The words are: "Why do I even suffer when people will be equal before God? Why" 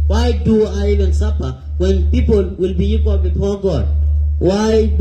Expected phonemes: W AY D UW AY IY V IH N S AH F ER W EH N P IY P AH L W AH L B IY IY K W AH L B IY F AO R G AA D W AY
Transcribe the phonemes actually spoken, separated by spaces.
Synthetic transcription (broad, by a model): W AY D UW AY IY V IH N S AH P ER W EH N P IY P AH L W AH L B IY IY K W AH L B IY F AO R G AA D W AY